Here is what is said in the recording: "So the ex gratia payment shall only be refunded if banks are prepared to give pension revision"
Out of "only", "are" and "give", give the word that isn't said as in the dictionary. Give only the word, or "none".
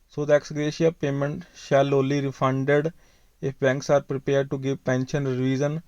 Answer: only